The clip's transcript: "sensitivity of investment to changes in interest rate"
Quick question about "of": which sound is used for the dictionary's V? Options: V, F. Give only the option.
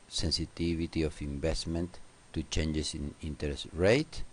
F